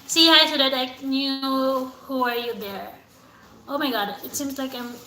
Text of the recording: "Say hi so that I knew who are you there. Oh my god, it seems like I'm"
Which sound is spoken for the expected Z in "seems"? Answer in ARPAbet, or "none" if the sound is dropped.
Z